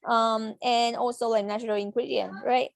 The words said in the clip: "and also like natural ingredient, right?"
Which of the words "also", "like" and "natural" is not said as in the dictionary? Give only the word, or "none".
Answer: none